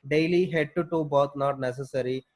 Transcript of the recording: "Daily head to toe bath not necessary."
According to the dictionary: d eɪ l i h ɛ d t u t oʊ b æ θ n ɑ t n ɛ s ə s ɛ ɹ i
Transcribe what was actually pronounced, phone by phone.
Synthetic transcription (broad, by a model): d eɪ l i h ɛ d t u t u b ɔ t n ɑ t n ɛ s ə s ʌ ɹ i